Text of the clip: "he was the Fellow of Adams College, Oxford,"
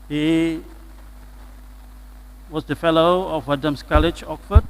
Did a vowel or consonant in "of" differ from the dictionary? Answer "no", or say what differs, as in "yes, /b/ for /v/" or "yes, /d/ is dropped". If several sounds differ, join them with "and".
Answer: yes, /w/ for /v/